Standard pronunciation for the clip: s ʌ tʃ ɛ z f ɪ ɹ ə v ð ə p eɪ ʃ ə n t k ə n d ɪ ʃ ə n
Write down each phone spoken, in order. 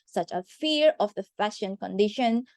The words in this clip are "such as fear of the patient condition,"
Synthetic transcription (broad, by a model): s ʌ tʃ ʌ f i ɹ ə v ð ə f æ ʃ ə n k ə n d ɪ ʃ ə n